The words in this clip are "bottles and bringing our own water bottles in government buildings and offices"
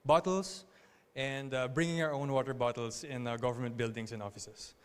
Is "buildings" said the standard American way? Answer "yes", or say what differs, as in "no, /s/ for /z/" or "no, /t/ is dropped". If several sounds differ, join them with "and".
no, /s/ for /z/